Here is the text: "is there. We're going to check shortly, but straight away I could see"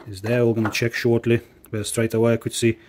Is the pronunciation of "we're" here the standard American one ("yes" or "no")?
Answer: no